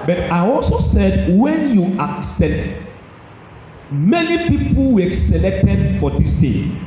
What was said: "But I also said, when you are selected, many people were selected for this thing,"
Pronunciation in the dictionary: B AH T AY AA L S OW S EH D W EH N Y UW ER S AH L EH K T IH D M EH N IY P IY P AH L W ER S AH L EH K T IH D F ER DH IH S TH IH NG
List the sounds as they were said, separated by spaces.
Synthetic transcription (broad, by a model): B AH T AY AA L S OW S EH D W EH N Y UW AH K S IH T M EH N IY P IY P AH L W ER S AH L EH K T IH D F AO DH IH S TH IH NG